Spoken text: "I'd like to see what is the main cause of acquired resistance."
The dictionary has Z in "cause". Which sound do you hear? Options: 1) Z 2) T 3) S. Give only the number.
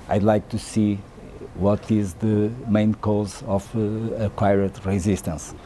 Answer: 1